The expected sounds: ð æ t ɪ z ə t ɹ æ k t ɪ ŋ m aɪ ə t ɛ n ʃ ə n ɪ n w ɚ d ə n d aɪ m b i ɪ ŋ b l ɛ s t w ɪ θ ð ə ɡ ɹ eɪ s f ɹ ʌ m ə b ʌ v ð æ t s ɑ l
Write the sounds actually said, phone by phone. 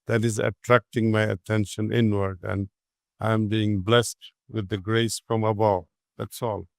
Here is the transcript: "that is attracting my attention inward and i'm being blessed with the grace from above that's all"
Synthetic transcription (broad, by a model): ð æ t ɪ z ə t ɹ æ k t ɪ ŋ m aɪ ə t ɛ n ʃ ə n ɪ n w ɚ d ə n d aɪ m b i ɪ ŋ b l ɛ s t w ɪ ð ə ɡ ɹ eɪ s f ɹ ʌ m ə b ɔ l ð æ t s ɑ l